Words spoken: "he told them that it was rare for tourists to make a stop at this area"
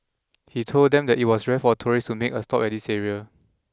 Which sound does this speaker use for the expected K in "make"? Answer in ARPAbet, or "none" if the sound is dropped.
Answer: K